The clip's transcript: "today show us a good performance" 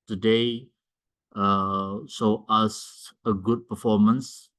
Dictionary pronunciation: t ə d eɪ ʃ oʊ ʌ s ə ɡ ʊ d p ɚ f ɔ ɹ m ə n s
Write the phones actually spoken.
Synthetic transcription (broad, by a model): t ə d eɪ s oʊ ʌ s ə ɡ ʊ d p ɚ f ɔ m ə n s